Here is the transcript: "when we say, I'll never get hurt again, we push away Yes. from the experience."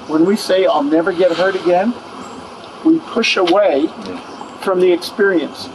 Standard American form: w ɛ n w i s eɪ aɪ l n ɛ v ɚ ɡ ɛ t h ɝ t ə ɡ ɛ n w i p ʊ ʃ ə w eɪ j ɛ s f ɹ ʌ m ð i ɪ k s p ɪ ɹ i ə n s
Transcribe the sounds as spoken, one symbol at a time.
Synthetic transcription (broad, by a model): w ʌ n w i s eɪ aɪ l n ɛ v ɚ ɡ ɛ t h ɝ t ə ɡ ɛ n w i p ʊ ʃ ə w eɪ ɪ f ɹ ʌ m ð i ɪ k s p ɪ ɹ i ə n s